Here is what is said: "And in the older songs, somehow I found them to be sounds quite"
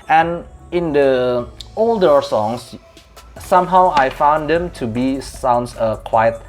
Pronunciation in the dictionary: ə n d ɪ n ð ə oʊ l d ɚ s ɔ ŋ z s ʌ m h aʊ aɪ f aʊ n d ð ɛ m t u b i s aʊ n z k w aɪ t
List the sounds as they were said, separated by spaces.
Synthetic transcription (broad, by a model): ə n ɪ n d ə oʊ l d ɚ s ɔ ŋ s s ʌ m h aʊ aɪ f aʊ n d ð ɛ m t u b i s aʊ n s k w aɪ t